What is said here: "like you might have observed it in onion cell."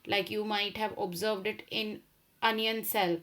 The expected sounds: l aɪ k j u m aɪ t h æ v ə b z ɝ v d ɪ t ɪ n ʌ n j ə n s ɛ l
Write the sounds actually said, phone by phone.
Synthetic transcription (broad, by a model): l aɪ k j u m aɪ t h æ v ə b z ɝ v d ɪ t ɪ n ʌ n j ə n s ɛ l